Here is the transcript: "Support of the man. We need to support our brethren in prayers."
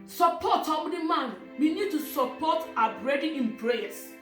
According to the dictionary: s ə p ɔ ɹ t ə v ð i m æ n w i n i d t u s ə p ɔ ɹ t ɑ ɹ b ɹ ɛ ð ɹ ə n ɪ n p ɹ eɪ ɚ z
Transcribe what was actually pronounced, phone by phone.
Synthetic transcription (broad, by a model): s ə p ɔ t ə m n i m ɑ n w i n i d t u s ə p ɔ t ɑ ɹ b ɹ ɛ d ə ɪ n p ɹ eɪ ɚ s